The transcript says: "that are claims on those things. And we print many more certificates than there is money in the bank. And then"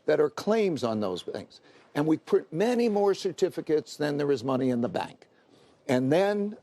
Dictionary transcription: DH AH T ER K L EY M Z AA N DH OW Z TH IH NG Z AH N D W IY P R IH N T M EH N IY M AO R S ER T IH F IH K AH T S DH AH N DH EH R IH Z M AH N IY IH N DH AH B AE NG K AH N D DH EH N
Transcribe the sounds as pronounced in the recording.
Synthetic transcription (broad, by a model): DH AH T ER K L EY M Z N DH OW Z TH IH NG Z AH N W IY P UH T M EH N IY M AO R S ER T IH F IH K AH T S DH AH N DH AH R IH Z M AH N IY IH N DH AH B AE NG K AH N DH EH N